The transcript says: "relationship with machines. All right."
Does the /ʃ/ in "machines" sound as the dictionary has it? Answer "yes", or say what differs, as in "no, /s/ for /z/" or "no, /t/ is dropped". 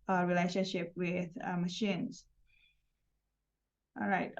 yes